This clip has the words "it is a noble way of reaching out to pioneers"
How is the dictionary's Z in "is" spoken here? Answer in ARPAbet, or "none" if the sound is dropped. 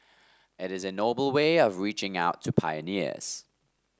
Z